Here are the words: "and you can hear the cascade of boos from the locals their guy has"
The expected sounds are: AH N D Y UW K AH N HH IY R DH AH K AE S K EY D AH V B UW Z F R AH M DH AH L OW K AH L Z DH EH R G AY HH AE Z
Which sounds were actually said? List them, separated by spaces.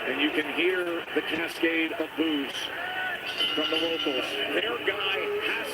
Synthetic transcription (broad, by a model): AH N Y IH K AH N HH IY R DH AH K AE S K EY D AH V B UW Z F R AH M DH AH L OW AH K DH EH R G AY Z